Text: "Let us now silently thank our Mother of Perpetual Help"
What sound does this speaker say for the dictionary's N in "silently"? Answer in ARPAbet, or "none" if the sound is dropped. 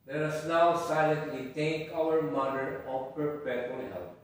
N